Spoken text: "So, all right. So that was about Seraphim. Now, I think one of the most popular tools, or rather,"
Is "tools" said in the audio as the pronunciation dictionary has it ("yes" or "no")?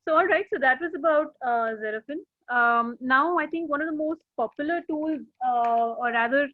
yes